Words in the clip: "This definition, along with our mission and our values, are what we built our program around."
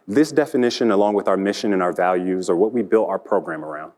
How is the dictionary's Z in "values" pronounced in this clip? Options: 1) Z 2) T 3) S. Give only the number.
1